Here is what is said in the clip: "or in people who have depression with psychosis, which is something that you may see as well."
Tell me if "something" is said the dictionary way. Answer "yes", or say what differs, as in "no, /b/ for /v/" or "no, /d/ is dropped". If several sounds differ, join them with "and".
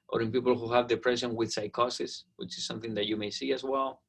yes